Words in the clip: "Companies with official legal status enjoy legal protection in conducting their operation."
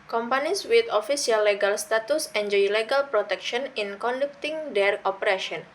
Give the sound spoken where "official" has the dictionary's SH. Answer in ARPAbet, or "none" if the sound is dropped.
S